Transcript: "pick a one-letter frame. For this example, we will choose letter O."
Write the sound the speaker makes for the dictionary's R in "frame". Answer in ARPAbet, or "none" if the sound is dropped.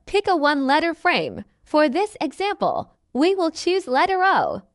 R